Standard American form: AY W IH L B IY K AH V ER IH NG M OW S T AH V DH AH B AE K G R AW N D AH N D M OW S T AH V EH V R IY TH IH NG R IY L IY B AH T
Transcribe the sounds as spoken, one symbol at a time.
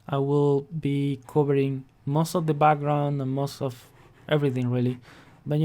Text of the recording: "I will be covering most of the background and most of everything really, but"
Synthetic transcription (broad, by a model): AY W IH L B IY K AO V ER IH NG M OW S T AH V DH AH B AE K G R AW N D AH N M OW S T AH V EH V R IY TH IH NG R IY L IY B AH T